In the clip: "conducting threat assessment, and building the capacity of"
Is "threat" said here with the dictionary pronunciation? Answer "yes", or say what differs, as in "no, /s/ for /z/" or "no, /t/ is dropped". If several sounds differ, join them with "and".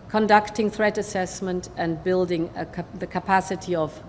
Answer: yes